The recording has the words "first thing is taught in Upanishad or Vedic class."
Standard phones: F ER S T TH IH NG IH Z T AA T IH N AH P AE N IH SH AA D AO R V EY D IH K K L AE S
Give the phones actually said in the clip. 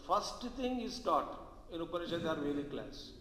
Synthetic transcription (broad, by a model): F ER S T T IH NG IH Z T AA T IH N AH P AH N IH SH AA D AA R V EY D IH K K L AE S